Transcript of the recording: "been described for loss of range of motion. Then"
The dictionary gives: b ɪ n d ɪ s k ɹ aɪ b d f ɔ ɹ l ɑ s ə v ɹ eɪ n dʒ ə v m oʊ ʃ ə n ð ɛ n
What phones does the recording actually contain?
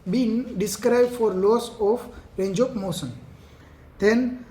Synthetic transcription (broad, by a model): b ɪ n d ɪ s k ɹ aɪ b d f ɔ ɹ l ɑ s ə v ɹ eɪ n dʒ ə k m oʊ s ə n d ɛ n